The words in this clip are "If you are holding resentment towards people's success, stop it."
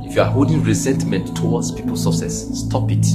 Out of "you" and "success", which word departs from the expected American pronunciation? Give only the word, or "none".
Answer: success